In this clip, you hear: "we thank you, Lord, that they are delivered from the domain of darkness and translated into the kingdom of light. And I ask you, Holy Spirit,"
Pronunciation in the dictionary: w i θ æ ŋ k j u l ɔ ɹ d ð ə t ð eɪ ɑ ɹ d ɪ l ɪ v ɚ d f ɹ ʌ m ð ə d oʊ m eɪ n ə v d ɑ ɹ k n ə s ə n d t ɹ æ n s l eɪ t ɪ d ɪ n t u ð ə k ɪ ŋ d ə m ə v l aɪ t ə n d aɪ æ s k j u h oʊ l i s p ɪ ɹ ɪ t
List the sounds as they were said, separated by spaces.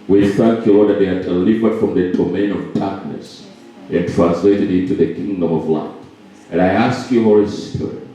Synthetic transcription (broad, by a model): w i θ æ ŋ k j u l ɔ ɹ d ð ə t ð eɪ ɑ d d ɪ l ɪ v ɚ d f ɹ ʌ m ð ə d oʊ m eɪ n ə v d ɑ ɹ k n ə s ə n t ɹ æ n s l eɪ t ɪ d ɪ n t u ð ə k ɪ ŋ d ə m ə v l aɪ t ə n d aɪ æ s k j u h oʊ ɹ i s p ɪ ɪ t